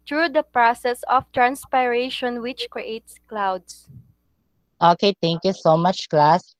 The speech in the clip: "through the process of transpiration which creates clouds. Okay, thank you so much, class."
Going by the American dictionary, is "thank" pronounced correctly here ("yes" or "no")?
no